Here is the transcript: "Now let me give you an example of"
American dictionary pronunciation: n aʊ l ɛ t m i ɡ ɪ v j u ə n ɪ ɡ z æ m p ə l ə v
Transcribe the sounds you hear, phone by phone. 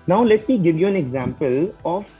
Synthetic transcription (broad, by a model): n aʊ l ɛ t m i ɡ ɪ v j u ə n ɪ ɡ z æ m p ə l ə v